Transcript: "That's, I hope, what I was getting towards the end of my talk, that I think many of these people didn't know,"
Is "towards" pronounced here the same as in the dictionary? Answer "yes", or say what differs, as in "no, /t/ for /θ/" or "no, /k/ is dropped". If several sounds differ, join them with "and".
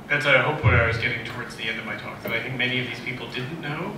yes